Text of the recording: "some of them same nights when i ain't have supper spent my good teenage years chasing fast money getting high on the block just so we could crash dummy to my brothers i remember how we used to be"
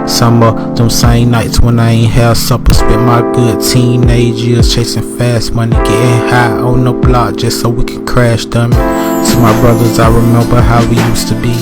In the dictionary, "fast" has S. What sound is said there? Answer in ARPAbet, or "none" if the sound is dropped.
S